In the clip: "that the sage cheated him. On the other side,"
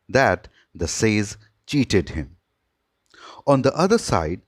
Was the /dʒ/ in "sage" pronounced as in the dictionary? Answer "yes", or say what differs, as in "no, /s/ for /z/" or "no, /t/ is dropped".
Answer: no, /z/ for /dʒ/